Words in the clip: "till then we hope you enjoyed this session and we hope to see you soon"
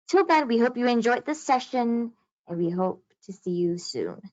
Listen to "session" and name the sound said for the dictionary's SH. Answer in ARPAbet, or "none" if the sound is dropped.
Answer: SH